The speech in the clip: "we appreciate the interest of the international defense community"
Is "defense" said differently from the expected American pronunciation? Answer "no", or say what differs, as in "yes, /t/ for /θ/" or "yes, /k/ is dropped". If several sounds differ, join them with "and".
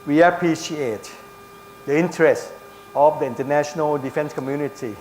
no